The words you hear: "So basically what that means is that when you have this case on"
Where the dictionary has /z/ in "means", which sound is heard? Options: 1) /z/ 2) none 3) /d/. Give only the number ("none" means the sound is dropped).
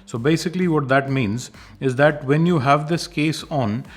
1